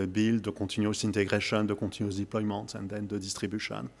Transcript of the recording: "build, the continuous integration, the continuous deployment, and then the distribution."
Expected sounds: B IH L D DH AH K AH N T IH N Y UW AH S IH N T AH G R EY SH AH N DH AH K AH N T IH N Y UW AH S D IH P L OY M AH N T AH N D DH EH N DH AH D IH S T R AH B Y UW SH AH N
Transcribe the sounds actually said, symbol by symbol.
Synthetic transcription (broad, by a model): B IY L D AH K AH T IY N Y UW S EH N T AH G R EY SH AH N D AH K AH T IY N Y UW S D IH P L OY M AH T AH N D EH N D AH D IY S T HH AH B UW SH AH N